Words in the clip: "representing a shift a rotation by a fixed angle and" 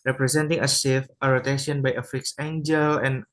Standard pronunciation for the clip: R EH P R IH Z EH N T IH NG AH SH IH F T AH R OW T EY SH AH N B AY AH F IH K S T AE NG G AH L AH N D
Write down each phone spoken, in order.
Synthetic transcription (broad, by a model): R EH P R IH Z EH N T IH NG AH S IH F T AH R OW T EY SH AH N B AY AH F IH K S EH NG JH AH L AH N